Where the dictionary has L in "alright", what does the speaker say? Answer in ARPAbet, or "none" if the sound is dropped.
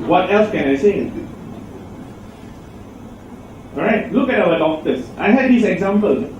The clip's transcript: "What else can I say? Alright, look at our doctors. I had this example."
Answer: none